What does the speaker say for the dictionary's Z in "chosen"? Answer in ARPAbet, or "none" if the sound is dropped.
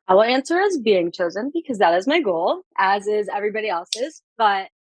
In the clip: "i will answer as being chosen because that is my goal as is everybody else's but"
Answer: Z